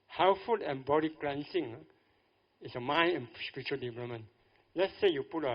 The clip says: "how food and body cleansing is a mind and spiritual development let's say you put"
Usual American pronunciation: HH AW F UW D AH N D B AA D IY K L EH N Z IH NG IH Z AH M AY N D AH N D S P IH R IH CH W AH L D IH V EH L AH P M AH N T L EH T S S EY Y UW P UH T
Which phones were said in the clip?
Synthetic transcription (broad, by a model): HH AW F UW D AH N B AA D IY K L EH N S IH NG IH S AH M AY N AH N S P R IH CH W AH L D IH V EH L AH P M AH N L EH T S S EY Y UW P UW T